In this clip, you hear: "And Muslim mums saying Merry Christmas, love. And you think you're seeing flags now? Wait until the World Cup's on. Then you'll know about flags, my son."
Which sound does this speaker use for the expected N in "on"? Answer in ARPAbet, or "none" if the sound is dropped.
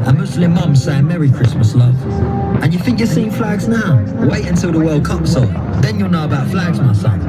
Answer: L